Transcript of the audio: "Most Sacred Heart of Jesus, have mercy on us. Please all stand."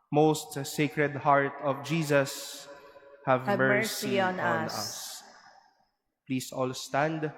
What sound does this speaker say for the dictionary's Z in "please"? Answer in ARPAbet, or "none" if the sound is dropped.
S